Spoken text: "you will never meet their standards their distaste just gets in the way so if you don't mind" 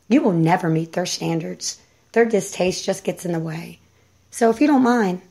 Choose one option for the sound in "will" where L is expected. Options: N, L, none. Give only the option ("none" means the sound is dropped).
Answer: L